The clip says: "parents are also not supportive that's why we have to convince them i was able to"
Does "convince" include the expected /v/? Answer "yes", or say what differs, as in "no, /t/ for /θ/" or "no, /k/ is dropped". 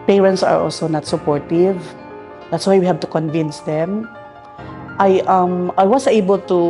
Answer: yes